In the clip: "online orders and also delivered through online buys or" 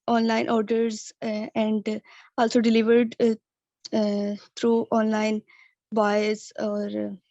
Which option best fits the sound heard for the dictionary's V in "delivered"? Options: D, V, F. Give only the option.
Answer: V